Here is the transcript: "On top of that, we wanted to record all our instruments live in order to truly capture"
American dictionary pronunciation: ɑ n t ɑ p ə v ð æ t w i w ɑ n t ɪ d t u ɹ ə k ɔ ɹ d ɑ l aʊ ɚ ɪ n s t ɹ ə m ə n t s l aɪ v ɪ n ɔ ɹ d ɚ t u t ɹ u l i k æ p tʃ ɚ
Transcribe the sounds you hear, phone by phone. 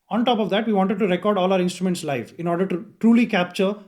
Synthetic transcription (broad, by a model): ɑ n t ɑ p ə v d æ t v i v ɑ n t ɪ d t u ɹ ə k ɔ ɹ d ɑ l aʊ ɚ ɪ n s t ɹ ə m ə n t s l aɪ f ɪ n ɔ ɹ d ɚ t u t ɹ u l i k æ p tʃ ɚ